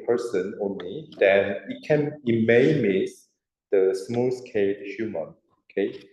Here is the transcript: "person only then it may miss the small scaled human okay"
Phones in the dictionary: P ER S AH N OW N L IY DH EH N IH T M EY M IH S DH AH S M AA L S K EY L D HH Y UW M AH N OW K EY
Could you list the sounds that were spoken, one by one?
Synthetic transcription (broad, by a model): P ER S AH N OW N L IY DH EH N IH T M EY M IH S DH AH S M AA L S K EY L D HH Y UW M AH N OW K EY